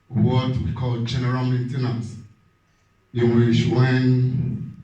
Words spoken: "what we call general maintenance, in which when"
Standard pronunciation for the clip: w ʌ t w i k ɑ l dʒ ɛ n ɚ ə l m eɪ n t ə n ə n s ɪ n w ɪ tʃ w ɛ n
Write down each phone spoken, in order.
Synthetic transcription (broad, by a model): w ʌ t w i k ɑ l dʒ ɛ n ɚ ə l m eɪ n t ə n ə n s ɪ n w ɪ ʃ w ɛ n